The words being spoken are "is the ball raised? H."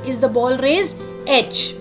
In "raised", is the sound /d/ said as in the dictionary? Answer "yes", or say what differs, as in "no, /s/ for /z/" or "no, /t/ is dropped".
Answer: no, /d/ is dropped